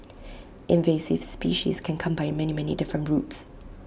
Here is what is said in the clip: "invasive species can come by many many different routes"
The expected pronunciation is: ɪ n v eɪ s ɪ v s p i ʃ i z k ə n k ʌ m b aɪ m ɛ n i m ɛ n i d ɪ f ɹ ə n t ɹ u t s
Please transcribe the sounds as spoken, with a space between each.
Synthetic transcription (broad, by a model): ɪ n v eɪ s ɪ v s p i ʃ i z k ə n k ʌ m b aɪ m ɛ n i m ɛ n i d ɪ f ɹ ə n t ɹ u t s